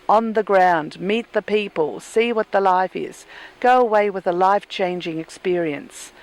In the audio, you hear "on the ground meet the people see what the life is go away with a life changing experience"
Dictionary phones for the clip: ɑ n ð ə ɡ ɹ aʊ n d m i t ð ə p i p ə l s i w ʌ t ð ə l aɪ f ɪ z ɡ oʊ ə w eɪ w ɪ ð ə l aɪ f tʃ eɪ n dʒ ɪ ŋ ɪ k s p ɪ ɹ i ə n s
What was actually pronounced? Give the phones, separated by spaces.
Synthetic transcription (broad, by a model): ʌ n ð ə ɡ ɹ aʊ n d m i t ð ə p i p ə l s i w ʌ t ð ə l aɪ f ɪ z ɡ oʊ ə w eɪ w ɪ ð ə l aɪ f tʃ eɪ n dʒ ɪ ŋ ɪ k s p ɪ ɹ i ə n s